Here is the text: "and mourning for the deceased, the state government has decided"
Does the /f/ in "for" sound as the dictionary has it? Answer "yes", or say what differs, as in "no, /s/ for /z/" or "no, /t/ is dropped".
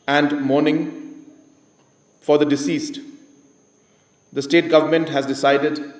yes